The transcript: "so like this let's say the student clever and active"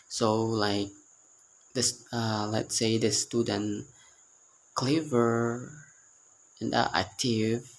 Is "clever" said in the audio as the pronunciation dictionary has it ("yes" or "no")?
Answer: yes